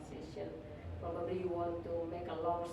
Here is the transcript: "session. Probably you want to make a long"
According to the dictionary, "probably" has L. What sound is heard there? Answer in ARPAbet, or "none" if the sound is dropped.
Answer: none